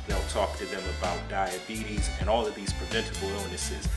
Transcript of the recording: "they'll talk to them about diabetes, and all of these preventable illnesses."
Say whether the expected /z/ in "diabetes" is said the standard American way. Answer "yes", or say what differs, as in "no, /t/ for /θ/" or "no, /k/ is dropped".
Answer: yes